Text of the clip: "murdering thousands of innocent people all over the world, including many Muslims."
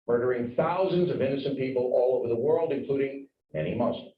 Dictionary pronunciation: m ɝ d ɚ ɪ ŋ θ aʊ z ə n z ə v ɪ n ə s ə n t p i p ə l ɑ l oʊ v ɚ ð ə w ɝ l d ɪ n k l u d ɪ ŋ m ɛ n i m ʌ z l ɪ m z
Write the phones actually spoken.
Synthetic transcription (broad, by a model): m ɝ d ɚ ɪ ŋ θ aʊ z ə n z ə v ɪ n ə s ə n p i p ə l ɑ l oʊ v ɚ ð ə w ɝ l d ɪ n k l u d ɪ ŋ m ɛ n i m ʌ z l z